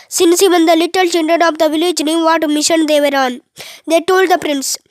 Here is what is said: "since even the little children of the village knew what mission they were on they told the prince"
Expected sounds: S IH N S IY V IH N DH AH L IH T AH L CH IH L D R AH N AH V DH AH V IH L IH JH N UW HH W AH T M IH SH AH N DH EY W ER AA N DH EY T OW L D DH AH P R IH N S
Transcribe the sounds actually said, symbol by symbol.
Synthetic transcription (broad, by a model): S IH N S IY V IH N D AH L IH T AH L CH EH N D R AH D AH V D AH V IH L IH JH N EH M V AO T M IH SH AH N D EY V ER AA N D EY T OW L D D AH P R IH N S